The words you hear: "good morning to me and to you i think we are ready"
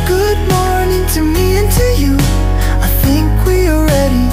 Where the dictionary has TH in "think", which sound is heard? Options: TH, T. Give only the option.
TH